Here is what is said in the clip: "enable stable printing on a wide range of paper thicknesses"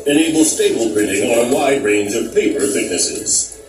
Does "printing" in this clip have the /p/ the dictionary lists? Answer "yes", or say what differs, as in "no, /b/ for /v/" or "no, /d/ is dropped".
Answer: no, /b/ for /p/